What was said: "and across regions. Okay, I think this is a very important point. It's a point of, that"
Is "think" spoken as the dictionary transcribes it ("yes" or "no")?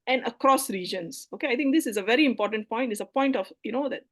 no